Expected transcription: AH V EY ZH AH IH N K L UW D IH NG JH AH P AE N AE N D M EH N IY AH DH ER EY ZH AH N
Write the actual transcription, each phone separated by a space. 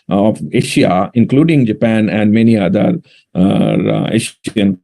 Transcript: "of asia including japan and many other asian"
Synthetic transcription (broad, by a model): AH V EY SH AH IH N K L UW D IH NG JH AH P AE N AE N D M EH N IY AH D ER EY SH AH N